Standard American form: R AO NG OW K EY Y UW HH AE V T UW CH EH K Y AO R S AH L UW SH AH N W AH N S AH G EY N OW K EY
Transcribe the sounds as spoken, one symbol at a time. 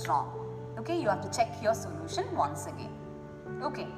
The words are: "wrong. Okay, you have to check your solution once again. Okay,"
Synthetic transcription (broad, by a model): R AO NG OW K EY Y UW HH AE F T UW CH EH K Y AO S AH L UW SH AH N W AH N S AH G EY N OW K EY